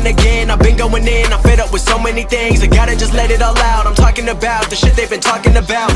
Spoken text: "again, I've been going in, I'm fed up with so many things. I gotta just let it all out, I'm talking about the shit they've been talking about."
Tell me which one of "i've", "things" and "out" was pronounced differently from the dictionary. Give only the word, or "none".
none